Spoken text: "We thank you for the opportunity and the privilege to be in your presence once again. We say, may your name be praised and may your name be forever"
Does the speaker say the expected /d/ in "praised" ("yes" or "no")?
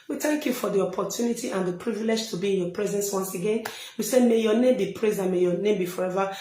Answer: no